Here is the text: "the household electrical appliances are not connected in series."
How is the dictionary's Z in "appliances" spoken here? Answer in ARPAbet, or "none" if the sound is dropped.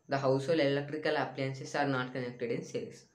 S